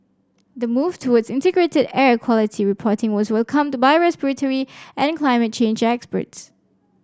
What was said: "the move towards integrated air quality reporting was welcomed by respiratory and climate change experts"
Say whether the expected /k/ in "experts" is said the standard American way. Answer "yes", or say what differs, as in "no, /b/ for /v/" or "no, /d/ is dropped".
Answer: yes